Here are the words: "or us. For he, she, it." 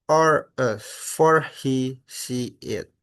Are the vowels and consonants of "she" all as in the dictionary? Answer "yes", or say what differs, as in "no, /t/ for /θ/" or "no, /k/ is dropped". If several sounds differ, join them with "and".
no, /s/ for /ʃ/